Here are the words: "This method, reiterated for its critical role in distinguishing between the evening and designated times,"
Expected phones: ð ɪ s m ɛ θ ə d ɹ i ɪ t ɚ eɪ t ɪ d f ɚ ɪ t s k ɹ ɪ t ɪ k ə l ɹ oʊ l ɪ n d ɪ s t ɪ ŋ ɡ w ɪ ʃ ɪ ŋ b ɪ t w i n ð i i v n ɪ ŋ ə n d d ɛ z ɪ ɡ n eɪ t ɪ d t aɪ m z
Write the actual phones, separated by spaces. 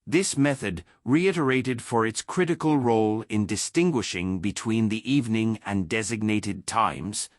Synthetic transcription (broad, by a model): ð ɪ s m ɛ θ ə d ɹ i ɪ t ɚ eɪ t ɪ d f ɚ ɪ t s k ɹ ɪ t ɪ k ə l ɹ oʊ l ɪ n d ɪ s t ɪ ŋ ɡ w ɪ ʃ ɪ ŋ b ɪ t w i n ð i i v n ɪ ŋ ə n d d ɛ z ɪ ɡ n eɪ t ɪ d t aɪ m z